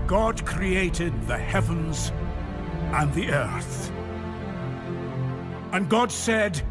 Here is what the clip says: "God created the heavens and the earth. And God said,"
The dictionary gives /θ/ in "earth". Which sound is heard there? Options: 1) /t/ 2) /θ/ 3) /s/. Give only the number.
2